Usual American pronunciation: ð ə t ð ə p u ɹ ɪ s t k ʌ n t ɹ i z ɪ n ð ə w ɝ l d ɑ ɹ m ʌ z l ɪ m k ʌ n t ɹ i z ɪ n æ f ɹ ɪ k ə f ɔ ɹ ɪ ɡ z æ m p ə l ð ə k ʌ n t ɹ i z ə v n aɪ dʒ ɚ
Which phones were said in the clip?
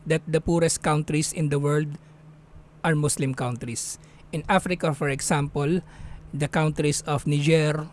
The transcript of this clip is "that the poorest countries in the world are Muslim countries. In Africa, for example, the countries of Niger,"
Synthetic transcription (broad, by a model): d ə t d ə p u ɹ ɪ s t k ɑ n t ɹ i s ɪ n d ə w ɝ l d ɑ ɹ m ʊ s l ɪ m k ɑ n t ɹ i s ɪ n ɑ f ɹ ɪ k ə f ɔ ɹ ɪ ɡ s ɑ m p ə l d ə k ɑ n t ɹ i s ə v n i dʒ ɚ